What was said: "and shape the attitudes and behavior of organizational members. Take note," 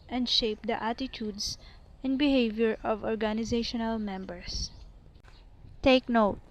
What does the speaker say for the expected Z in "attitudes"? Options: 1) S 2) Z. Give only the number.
1